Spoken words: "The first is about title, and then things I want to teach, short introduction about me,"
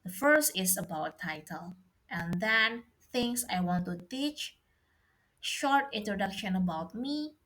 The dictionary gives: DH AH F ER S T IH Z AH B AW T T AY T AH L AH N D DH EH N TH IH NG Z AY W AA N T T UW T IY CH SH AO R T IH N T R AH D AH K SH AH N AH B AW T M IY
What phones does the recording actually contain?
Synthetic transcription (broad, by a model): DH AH F ER S T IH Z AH B AW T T AY T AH L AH N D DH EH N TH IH NG S AY W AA N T T UW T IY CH SH AO R T IH N T R AH D AH K SH AH N AH B AW T M IY